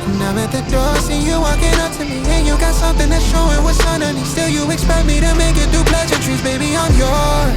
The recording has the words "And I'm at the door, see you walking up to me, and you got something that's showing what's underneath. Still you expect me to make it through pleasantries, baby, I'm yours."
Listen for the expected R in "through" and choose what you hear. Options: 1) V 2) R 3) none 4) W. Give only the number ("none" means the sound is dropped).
3